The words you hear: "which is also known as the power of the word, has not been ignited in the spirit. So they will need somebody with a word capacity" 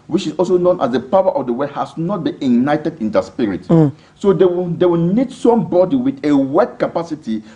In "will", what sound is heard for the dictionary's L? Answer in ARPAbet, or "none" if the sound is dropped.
W